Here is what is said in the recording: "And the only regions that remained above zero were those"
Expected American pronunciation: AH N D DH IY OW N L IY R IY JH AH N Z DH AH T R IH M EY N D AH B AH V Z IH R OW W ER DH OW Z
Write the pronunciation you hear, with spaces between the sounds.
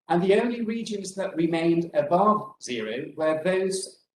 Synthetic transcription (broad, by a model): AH N DH IY OW N L IY R IY JH AH N Z DH AH T R IH M EY N D AH B AH V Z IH R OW W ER DH OW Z